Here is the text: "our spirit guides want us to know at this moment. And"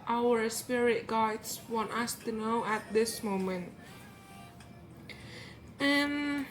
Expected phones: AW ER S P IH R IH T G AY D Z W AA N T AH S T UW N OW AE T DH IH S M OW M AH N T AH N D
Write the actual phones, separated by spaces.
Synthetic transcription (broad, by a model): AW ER S P IH R IH T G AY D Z W AA N T AH S T UW N OW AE T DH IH S M OW M AH N T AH N